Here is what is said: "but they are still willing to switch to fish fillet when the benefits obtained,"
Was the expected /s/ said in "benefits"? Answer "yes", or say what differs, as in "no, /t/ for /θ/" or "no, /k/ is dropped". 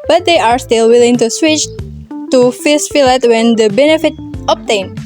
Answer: no, /s/ is dropped